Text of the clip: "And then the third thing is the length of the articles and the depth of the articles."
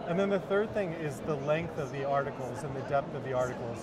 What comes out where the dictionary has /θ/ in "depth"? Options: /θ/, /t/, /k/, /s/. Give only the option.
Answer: /θ/